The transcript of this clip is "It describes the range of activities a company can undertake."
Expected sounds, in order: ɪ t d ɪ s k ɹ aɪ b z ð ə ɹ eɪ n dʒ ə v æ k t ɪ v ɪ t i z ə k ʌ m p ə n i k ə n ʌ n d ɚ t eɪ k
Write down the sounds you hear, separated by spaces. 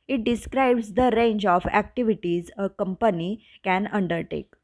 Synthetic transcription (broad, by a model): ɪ t d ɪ s k ɹ aɪ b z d ə ɹ eɪ n dʒ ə f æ k t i v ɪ t i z ə k ʌ m p ə n i k ə n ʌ n d ɚ t eɪ k